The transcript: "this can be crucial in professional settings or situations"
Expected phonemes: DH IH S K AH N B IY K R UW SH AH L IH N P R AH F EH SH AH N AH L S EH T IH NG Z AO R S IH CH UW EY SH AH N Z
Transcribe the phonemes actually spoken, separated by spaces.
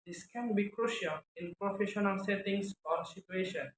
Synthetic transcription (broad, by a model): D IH S K AH N B IY K R UW SH AH L IH N P R AH F EH SH AH N AH L S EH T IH NG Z AO R S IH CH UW EY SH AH N